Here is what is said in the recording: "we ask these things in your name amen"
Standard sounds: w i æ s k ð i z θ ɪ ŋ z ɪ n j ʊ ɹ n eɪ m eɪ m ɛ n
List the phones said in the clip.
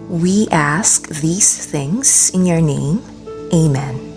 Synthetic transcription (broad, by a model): w i æ s k ð i z θ ɪ ŋ z ɪ n j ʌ ɹ n eɪ m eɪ m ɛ n